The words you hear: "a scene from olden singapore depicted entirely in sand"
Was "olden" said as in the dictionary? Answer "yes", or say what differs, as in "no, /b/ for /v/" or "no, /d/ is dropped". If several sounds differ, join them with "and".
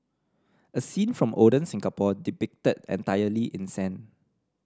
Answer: no, /l/ is dropped